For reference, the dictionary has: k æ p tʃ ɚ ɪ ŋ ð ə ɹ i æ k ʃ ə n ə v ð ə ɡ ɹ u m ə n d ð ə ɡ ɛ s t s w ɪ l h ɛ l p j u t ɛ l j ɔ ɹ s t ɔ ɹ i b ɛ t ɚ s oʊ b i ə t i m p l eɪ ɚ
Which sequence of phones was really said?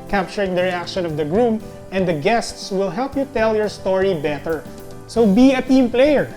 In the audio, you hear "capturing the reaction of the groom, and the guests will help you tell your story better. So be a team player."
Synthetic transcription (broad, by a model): k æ p tʃ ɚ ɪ ŋ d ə ɹ i æ k ʃ ə n ə v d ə ɡ ɹ u m ə n d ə ɡ ɛ s t s w ɪ l h ɛ l p j u t ɛ l j ɔ ɹ s t ɔ ɹ i b ɛ t ɚ s oʊ b i ə t i m p l eɪ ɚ